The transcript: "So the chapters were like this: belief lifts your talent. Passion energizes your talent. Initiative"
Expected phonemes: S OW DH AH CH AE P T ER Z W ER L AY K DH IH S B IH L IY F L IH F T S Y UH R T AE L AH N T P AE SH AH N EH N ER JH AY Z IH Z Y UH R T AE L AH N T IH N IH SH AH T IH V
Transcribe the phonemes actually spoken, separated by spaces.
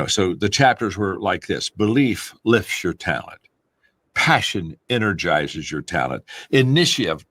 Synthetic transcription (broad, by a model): S OW DH AH CH AE P T ER Z W ER L AY K DH IH S B IH L IY F L IH F T S Y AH R T AE L AH N T P AE SH AH N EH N ER JH AY Z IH Z Y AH R T AE L AH N T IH N IH SH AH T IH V